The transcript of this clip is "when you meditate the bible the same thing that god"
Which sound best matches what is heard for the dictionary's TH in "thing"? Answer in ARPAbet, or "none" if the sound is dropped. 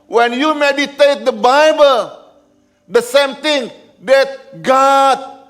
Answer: T